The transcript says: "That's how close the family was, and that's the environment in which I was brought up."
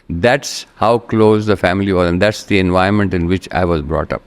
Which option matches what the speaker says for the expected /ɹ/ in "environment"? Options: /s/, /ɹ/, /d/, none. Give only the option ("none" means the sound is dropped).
none